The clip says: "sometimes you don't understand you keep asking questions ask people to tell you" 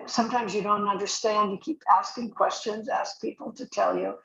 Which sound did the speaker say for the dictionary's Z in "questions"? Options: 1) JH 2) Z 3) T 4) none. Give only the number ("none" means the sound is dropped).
2